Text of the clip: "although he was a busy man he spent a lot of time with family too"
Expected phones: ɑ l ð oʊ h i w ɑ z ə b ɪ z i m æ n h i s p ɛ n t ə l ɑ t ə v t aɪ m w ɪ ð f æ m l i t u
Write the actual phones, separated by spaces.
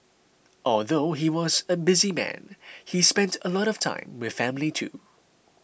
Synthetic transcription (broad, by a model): ɑ l ð oʊ h i w ɑ z ə b ɪ z i m æ n h i s p ɛ n t ə l ɑ t ə v t aɪ m w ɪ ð f æ m l i t u